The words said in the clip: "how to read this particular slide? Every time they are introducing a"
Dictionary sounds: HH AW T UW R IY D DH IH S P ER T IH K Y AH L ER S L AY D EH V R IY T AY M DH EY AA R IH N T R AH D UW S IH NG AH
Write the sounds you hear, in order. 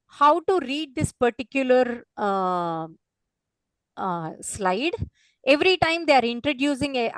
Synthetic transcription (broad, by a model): HH AW T UW R IY D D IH S P ER T IH K Y AH L ER S L AY D EH V R IY T AY M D EY AA R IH N T R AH D UW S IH NG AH